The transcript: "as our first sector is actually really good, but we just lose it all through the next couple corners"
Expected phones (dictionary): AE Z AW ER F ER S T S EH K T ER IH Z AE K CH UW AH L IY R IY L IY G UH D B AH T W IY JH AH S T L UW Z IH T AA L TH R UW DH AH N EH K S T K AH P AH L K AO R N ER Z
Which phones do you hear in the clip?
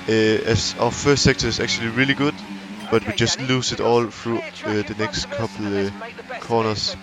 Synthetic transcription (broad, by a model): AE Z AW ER F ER S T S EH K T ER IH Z AE K CH UW AH L IY R IY L IY G UH D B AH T W IY JH AH S T L UW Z IH T AA L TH R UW DH AH N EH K S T K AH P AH L K AO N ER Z